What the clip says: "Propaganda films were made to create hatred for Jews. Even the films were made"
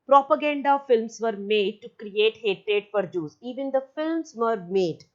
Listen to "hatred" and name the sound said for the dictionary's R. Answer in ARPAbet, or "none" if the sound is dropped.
R